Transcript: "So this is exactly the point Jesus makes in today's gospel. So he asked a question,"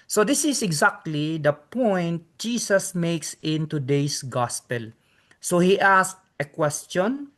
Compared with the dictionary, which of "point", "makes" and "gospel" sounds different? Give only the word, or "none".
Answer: none